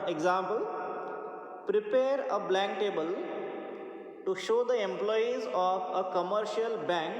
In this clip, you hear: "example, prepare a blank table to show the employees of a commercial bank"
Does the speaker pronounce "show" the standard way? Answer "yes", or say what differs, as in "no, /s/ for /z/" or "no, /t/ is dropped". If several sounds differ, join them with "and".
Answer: yes